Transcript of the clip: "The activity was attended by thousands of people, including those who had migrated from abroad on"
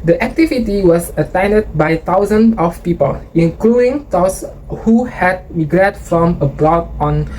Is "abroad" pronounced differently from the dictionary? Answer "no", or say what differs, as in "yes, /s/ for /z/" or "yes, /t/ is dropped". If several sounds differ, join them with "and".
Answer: no